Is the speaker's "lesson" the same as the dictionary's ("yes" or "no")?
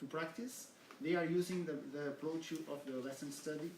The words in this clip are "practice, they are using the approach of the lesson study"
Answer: no